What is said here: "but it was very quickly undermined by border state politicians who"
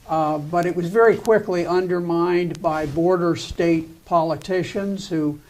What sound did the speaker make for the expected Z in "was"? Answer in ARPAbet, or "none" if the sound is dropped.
Z